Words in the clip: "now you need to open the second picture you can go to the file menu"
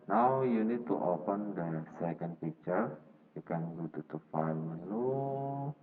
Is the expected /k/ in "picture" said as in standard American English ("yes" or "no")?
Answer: no